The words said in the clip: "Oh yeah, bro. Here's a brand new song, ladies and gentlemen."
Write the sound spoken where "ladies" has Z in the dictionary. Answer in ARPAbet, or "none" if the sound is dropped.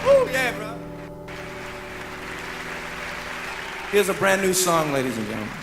Z